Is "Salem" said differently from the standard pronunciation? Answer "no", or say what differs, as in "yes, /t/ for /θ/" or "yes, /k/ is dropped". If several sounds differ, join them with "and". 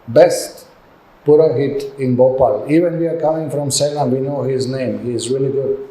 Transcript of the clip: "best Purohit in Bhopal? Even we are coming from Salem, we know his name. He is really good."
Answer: yes, /n/ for /l/